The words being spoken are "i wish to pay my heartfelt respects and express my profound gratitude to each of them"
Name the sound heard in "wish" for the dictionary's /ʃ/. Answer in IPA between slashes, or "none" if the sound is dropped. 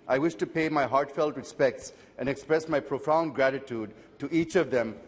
/ʃ/